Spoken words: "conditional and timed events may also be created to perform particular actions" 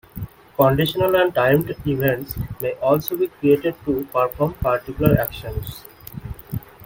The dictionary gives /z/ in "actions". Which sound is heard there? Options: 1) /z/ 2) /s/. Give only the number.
2